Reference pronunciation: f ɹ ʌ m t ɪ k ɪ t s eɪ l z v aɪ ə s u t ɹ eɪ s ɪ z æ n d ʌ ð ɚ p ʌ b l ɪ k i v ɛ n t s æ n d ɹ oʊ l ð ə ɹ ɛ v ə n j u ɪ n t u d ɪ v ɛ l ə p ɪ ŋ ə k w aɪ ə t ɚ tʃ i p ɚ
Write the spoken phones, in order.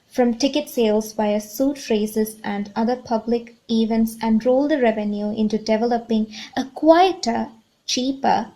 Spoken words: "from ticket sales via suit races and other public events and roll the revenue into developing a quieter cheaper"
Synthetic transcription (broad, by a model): f ɹ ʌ m t ɪ k ɪ t s eɪ l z b aɪ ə s u t ɹ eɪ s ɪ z æ n d ʌ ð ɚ p ʌ b l ɪ k i v ɛ n t s æ n d ɹ oʊ l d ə ɹ ɛ v ə n j u ɪ n t u d ɪ v ɛ l ə p ɪ ŋ ə k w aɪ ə t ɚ tʃ i p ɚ